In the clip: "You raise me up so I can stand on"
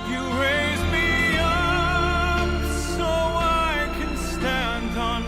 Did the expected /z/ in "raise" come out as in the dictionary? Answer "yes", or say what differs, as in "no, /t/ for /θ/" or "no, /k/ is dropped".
yes